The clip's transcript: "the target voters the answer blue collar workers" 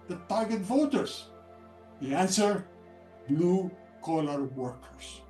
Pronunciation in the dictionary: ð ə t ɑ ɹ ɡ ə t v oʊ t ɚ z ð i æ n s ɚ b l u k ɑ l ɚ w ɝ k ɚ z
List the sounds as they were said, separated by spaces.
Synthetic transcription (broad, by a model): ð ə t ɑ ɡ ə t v oʊ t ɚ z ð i æ n s ɚ b l u k ɑ l ɚ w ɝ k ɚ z